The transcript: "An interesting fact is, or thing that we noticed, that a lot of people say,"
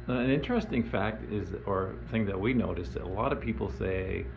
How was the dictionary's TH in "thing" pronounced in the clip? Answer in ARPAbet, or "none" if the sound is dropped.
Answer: TH